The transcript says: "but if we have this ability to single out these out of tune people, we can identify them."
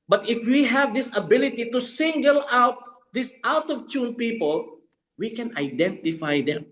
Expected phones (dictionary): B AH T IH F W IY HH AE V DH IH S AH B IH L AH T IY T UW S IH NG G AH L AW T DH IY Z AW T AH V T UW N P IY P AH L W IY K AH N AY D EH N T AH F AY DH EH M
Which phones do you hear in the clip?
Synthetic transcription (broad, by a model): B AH T IH F W IY HH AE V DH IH S AH B IH L AH T IY T UW S IH NG G AH L AW T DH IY S AW T AH V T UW N P IY P AH L W IY K AH N AY D EH N T AH F AY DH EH M